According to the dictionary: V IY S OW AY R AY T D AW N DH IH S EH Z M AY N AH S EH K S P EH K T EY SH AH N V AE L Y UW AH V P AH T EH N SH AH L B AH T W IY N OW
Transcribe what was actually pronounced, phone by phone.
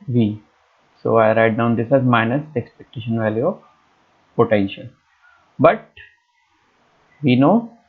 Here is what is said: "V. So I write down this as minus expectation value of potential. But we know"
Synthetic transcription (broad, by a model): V IY S OW AY R AY T D AW N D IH S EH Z M AY N AH S EH K S P EH K T EY SH AH N V AE L Y UW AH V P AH T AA SH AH N B AH T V IY N OW